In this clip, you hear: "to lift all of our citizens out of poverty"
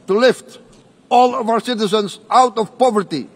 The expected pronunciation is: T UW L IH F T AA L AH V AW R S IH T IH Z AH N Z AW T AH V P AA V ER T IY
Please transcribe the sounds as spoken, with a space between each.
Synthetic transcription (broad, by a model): T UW L IH F T AA L AH V AW R S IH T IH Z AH N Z AW T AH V P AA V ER T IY